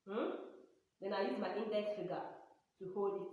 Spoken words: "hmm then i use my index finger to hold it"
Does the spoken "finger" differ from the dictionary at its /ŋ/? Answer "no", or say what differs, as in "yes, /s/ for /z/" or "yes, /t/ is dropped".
yes, /ŋ/ is dropped